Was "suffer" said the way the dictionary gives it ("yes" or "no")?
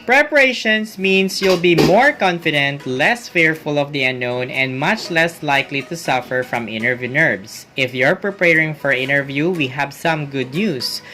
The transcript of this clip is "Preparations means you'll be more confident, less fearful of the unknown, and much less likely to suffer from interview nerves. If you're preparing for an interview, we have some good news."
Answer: yes